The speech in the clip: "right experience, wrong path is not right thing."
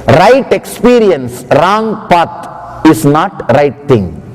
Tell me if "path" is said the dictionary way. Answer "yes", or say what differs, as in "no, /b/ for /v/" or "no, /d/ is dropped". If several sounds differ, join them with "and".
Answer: no, /t/ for /θ/